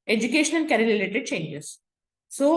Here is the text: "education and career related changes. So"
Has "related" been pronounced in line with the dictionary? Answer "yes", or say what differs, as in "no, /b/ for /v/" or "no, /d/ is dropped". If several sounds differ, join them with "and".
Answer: no, /l/ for /ɹ/